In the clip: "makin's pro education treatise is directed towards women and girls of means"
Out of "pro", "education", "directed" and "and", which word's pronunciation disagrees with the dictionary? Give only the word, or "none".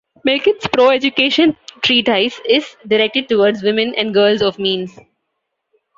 none